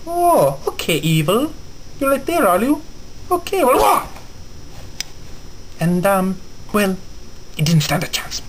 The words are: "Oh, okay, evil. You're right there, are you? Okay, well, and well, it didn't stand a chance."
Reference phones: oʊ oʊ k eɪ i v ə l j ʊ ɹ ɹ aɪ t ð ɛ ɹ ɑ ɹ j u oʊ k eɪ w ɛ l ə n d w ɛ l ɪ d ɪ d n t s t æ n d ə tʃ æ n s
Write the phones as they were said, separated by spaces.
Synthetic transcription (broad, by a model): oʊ oʊ k eɪ i v ə l j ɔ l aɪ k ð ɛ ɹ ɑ l j u oʊ k eɪ w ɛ l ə n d w ɛ l ɪ d ɪ d n t s t æ n d ə tʃ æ n s